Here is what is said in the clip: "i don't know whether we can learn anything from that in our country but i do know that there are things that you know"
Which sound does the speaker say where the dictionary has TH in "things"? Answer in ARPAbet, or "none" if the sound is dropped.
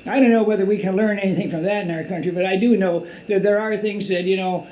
TH